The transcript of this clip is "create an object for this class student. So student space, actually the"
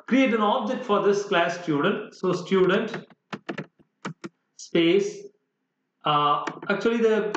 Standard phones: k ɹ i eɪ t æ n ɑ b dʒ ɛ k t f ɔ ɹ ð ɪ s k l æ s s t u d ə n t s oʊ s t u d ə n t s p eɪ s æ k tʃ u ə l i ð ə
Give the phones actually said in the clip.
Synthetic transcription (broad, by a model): k ɹ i eɪ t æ n ɑ b dʒ ɛ k t f ɔ ɹ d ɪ s k l æ s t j u d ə n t s oʊ s t u d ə n t s p eɪ s æ k tʃ u ə l i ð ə